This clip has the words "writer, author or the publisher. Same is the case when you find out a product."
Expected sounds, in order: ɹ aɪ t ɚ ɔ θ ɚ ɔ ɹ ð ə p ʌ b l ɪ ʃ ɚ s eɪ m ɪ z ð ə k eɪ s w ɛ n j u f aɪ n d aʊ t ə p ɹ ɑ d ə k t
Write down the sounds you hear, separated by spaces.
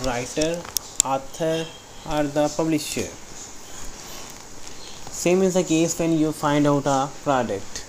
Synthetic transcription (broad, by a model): ɹ aɪ t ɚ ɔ t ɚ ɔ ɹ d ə p ʌ b l ɪ ʃ ɚ s eɪ m ɪ z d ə k eɪ s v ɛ n j u f aɪ n d aʊ t ə p ɹ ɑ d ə k t